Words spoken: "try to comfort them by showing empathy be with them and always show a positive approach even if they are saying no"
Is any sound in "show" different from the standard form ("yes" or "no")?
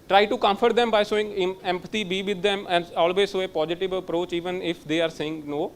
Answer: yes